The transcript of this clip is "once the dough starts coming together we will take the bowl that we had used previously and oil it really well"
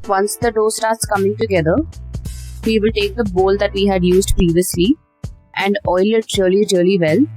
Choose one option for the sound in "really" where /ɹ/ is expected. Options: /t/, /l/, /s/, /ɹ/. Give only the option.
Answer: /l/